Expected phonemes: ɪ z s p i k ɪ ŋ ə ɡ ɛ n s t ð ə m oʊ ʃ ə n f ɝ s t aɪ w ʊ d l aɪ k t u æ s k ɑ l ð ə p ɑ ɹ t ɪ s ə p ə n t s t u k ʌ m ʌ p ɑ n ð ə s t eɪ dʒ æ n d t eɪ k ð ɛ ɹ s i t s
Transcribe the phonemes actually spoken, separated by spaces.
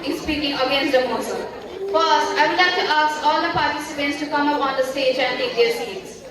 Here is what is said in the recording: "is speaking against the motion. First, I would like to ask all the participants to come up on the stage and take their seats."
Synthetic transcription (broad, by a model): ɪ s p i k ɪ ŋ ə ɡ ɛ n s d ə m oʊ s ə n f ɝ s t aɪ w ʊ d l aɪ k t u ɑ s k ɑ l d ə p ɑ ɹ t ɪ s ə p ə n t s t u k ʌ m ʌ p ɑ n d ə s t eɪ dʒ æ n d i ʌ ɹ s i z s